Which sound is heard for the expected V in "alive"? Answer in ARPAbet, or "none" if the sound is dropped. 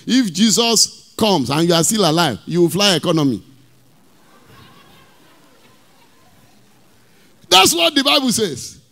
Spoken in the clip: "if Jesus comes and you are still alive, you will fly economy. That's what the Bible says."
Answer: V